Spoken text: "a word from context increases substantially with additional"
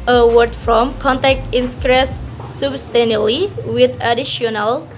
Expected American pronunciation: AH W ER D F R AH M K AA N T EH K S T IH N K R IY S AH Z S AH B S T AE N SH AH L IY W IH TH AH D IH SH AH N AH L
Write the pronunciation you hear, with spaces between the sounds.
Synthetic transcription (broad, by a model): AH W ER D F R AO M K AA N T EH K T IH N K R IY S S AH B S T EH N AH L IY W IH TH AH D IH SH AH N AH L